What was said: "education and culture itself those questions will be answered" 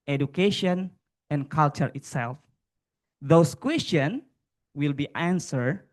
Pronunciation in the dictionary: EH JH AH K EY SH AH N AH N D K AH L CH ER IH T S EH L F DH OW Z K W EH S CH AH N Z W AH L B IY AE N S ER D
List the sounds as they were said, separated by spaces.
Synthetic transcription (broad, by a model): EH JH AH K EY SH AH N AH N K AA L CH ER IH T S EH L F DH OW S K W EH S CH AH N W AH L B IY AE N S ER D